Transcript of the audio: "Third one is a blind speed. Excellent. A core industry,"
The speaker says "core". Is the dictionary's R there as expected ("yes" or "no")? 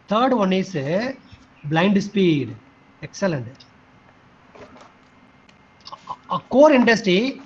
yes